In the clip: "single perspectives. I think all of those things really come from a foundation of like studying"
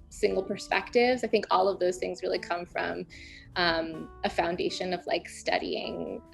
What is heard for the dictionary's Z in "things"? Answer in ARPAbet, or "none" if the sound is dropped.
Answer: Z